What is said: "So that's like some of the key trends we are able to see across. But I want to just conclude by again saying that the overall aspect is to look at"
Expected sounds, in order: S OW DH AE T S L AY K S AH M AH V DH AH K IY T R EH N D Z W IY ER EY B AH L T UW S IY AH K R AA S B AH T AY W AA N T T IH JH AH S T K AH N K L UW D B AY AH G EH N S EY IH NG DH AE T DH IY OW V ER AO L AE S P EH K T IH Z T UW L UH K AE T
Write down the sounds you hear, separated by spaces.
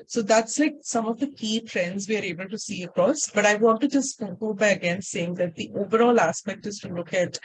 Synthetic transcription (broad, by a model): S OW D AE T S L AY K S AH M AH V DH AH K IY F R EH N D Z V IY ER EY B AH L T UW S IY AH K R AA S B AH T AY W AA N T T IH JH AH S T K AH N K UW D B AY AH G EH N S EY IH NG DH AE T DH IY OW V ER AO L AE S P EH K T IH Z T UW L UH K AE T